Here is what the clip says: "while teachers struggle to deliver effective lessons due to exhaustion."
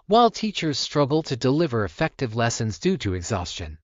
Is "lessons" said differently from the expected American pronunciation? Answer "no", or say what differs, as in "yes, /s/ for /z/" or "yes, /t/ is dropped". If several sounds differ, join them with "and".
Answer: no